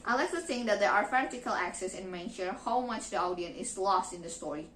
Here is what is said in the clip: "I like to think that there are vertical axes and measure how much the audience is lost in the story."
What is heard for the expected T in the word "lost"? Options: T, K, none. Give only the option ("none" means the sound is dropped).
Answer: T